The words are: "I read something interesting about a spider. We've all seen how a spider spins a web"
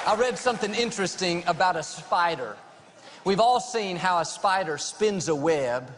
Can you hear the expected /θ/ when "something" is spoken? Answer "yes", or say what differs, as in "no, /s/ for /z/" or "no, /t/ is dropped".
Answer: yes